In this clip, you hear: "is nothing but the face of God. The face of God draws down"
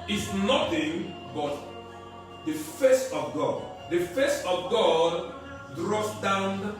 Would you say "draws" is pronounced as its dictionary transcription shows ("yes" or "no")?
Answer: no